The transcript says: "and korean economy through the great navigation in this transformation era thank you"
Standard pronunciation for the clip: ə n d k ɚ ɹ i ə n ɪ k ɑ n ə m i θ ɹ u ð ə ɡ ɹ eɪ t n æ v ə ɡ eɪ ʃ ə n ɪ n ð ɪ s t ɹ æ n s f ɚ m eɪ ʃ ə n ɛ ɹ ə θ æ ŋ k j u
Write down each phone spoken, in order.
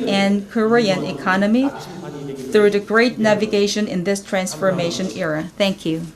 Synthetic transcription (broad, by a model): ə n k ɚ ɹ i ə n ɪ k ɑ n ə m i θ ɹ u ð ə ɡ ɹ eɪ t n æ v ə ɡ eɪ ʃ ə n ɪ n ð ɪ s t ɹ æ n s f ɚ m eɪ ʃ ə n ɛ ɹ ə θ æ ŋ k j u